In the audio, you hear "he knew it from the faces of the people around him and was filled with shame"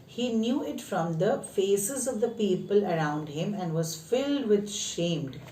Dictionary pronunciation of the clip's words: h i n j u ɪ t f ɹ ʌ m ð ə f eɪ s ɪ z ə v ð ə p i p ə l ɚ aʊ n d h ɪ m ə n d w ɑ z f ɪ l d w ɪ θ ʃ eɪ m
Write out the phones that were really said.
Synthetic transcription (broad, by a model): h i n j u ɪ t f ɹ ʌ m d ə f eɪ s ɪ z ə v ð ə p i p ə l ɚ aʊ n d h ɪ m ə n d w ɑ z f ɪ l d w ɪ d ʃ eɪ m